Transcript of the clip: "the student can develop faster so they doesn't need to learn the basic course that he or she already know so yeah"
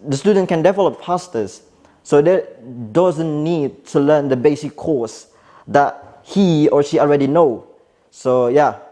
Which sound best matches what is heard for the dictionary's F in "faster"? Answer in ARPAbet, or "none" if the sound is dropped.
P